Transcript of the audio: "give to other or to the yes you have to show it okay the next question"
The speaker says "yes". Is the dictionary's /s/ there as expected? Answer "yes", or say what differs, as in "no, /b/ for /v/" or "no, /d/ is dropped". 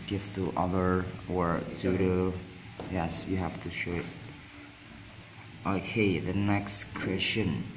yes